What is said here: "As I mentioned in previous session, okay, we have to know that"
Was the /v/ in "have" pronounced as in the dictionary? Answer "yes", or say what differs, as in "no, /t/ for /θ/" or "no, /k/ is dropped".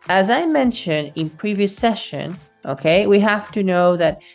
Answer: no, /f/ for /v/